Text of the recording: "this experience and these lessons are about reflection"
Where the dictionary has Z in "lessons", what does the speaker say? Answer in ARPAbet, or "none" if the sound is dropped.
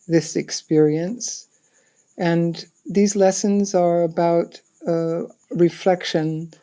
Z